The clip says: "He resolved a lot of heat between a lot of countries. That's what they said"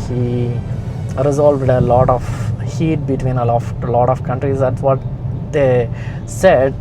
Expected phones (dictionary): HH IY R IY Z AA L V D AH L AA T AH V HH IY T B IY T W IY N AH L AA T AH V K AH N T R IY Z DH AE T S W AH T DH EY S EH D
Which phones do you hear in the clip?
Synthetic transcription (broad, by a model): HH IY R IY Z AA L V D AH L AA T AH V HH IY T B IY T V IY N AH L AA T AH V K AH N T R IY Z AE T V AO T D EY S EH D